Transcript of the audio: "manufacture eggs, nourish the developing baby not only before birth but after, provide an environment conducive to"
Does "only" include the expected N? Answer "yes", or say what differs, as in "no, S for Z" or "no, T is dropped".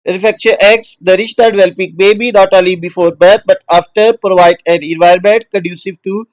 no, N is dropped